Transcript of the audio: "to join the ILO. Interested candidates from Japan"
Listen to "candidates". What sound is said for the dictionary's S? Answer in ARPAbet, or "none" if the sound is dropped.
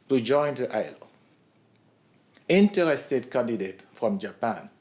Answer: none